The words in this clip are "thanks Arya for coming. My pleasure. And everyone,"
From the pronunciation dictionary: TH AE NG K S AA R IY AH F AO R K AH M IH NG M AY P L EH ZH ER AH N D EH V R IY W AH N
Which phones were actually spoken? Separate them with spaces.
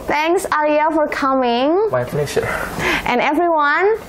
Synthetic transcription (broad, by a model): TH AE NG K S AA L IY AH F AO R K AH M IH NG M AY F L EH SH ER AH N EH V R IY W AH N